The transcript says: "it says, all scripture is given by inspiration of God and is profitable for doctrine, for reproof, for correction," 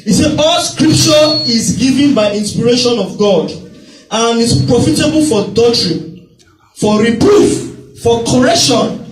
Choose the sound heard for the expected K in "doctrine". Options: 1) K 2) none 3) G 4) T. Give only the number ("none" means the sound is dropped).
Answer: 2